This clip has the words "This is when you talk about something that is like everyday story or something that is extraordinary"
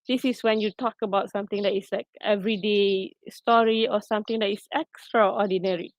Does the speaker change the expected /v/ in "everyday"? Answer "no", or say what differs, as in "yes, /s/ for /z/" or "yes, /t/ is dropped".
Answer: no